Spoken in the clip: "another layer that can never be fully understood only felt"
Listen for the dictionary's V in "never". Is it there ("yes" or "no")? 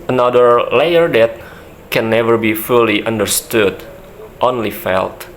yes